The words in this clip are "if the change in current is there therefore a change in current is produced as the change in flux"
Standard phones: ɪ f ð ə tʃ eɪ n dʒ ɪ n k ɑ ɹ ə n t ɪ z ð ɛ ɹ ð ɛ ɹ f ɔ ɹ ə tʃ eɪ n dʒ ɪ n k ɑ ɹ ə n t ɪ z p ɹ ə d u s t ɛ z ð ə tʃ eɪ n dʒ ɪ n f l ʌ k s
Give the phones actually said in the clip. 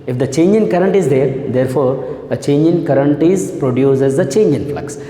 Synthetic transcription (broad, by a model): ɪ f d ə tʃ eɪ n dʒ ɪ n k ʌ ɹ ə n t ɪ z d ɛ ɹ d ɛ ɹ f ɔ ɹ ə tʃ eɪ n dʒ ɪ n k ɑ ɹ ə n t ɪ z p ɹ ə d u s ɛ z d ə tʃ eɪ n dʒ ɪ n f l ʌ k s